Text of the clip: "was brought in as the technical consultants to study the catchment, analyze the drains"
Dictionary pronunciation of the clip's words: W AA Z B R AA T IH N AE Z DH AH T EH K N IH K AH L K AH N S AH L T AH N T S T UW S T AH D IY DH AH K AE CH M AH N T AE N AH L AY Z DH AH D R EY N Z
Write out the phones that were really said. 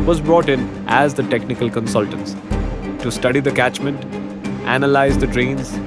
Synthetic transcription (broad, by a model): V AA Z B R AA T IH N AE Z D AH T EH K N IH K AH L K AH N S AH L T AH N T S T UW S T AH D IY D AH K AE CH M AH N T AE N AH L AY Z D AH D R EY N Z